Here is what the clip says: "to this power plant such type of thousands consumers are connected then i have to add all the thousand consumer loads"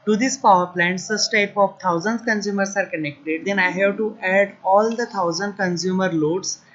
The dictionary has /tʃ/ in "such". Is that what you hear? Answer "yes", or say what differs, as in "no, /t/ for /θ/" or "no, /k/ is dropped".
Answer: no, /s/ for /tʃ/